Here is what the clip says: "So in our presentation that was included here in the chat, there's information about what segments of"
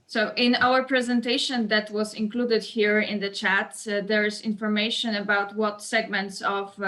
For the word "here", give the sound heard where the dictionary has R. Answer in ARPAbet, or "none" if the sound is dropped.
R